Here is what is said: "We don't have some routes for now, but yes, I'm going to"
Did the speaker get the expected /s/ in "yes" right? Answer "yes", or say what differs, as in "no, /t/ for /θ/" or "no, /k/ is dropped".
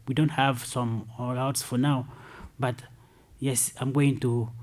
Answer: yes